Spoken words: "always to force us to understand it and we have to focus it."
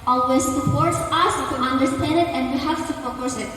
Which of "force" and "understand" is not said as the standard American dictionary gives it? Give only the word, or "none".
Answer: force